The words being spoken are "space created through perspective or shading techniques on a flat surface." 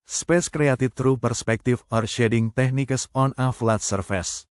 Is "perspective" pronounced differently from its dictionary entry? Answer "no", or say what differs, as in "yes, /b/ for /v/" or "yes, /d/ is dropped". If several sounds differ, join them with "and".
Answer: yes, /f/ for /v/